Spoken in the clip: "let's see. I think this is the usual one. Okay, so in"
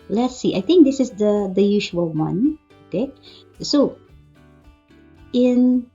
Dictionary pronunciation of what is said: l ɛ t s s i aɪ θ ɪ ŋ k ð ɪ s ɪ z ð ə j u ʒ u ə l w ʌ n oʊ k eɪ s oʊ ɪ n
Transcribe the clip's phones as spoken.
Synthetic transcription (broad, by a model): l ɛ t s s i aɪ t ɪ ŋ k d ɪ s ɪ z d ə j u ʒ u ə l w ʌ n oʊ k eɪ s oʊ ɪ n